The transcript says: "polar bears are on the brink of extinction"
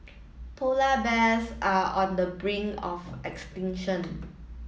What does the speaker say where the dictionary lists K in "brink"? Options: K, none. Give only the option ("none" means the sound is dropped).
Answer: none